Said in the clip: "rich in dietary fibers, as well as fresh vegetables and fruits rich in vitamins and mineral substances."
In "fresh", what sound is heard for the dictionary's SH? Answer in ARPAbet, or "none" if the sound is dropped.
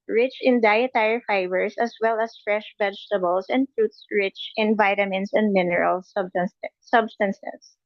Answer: SH